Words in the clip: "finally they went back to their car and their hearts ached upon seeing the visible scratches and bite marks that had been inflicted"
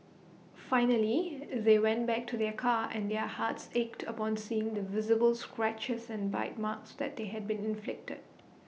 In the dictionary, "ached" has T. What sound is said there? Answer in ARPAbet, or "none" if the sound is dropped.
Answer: T